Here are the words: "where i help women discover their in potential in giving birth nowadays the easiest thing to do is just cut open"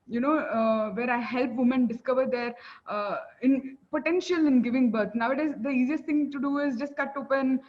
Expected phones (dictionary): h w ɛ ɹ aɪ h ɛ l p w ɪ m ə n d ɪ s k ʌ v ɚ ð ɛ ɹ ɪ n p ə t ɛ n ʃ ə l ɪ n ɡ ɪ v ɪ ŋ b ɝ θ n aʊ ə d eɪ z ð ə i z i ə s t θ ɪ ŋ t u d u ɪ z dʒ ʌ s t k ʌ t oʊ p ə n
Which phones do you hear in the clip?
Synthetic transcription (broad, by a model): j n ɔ ɹ aɪ h ɛ l p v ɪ m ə n d ɪ s k ʌ v ɚ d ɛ ɹ ɪ n p ə t ɛ n ʃ ə l ɪ n ɡ ɪ v ɪ ŋ b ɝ t n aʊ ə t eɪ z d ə i z i ə s t t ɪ ŋ t u d u ɪ z dʒ ʌ s t k ʌ t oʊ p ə n